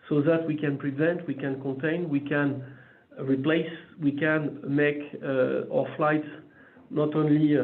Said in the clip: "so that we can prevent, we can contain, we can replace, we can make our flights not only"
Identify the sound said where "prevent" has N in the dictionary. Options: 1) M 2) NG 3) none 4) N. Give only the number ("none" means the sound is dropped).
4